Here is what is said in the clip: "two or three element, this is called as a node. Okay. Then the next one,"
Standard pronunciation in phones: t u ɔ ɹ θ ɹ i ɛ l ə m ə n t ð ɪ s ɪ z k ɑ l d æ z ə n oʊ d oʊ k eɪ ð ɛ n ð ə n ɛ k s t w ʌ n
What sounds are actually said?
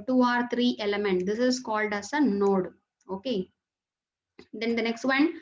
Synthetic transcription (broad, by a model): t u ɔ ɹ t ɹ i ɛ l ə m ə n t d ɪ s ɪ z k ɑ l d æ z ə n oʊ d oʊ k eɪ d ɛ n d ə n ɛ k s t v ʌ n